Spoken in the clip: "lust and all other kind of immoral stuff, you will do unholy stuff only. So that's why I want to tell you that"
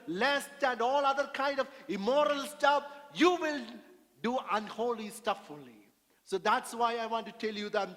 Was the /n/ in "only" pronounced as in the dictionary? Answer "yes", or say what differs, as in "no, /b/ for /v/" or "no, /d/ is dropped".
no, /n/ is dropped